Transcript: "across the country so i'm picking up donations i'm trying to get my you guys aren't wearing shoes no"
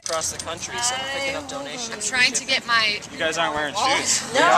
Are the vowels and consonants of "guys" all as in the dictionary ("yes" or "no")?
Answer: yes